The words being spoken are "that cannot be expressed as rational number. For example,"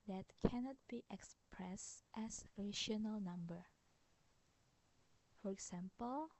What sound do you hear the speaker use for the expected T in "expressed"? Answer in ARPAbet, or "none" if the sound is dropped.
T